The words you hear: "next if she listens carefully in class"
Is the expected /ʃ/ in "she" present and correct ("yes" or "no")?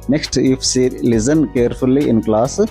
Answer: no